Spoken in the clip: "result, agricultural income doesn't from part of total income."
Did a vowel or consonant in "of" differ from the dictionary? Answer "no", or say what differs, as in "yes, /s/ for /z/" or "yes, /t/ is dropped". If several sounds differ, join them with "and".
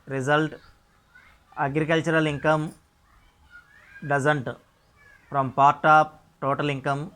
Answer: yes, /p/ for /v/